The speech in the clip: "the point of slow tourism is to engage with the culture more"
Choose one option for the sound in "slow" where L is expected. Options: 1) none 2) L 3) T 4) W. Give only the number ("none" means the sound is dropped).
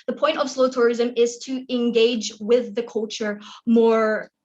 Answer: 2